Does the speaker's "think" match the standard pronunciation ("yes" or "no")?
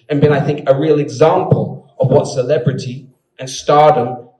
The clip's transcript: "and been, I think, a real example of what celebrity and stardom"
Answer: yes